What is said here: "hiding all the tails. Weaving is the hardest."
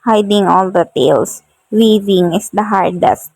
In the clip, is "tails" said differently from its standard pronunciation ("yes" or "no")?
yes